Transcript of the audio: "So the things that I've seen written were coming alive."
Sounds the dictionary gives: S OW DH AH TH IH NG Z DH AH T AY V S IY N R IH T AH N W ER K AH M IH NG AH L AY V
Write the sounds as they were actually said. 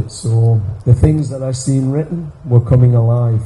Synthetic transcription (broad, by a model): S OW DH AH TH IH NG Z DH AH T AY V S IY N R IH T N W ER K AH M IH NG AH L AY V